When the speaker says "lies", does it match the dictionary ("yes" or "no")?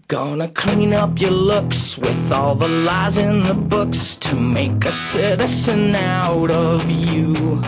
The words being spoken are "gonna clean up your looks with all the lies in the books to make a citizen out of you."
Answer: yes